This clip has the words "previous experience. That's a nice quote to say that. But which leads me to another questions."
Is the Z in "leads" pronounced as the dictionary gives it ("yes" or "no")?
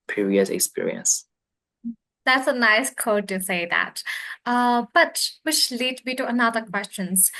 no